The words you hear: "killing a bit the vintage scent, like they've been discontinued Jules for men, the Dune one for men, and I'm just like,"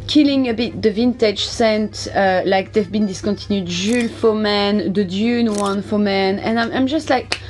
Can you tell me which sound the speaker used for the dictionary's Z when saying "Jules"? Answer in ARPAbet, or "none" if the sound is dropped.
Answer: none